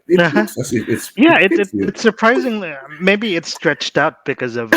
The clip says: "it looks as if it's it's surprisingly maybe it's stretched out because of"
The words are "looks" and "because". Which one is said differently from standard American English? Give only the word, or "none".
looks